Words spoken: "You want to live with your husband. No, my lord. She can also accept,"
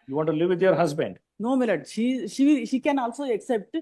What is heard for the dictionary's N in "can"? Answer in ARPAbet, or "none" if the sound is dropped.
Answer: N